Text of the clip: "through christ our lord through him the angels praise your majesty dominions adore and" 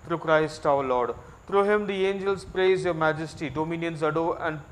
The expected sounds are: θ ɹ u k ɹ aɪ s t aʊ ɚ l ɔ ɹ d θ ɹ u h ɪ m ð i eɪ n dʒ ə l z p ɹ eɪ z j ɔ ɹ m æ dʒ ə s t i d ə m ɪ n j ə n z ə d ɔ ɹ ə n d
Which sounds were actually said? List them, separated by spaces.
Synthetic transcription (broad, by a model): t ɹ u k ɹ aɪ s t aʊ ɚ l ɔ ɹ d t ɹ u h ɪ m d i eɪ n dʒ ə l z p ɹ eɪ z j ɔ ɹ m æ dʒ ə s t i d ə m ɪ n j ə n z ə d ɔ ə n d